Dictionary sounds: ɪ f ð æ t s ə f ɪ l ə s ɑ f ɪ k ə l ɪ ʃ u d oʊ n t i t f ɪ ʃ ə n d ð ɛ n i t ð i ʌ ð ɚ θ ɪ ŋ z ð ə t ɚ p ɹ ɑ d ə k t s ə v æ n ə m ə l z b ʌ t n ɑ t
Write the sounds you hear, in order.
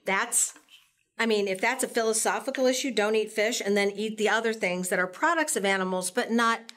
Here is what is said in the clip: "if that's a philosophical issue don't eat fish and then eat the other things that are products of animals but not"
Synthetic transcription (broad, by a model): ɪ f ð æ t s ə f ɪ l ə s ɑ f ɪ k l ɪ ʃ u d oʊ n t i t f ɪ ʃ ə n ð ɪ n i t ð i ʌ ð ɚ θ ɪ ŋ z ð ə t ɚ p ɹ ɑ d ə k t s ə v æ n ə m l z b ʌ t n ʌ t